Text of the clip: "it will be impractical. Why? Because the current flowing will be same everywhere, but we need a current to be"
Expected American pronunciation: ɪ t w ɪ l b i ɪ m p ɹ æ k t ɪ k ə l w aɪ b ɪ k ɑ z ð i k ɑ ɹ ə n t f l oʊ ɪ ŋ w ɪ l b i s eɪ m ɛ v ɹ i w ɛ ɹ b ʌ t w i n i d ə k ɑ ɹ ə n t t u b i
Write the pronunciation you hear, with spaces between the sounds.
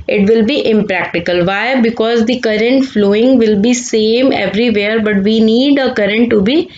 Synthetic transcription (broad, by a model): ɪ t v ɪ l b i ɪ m p ɹ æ k t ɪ k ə l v aɪ b ɪ k ɑ z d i k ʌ ɹ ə n t f l oʊ ɪ ŋ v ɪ l b i s eɪ m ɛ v ɹ i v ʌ ɹ b ʌ t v i n i d ə k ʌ ɹ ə n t t u b i